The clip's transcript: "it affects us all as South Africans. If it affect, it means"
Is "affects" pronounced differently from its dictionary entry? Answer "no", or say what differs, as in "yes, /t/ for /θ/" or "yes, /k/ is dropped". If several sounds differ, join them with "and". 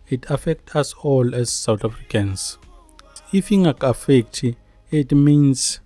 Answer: yes, /s/ is dropped